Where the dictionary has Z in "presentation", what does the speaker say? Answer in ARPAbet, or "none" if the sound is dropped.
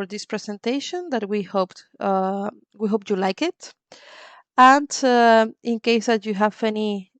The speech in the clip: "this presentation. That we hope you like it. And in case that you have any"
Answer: S